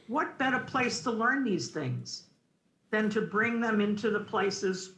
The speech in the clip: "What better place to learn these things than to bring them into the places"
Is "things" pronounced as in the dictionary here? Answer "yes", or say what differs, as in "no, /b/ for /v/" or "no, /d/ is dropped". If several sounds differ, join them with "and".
yes